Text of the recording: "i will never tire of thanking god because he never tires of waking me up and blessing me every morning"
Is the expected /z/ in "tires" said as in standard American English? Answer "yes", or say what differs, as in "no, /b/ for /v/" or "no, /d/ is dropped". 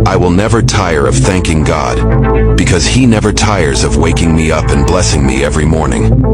yes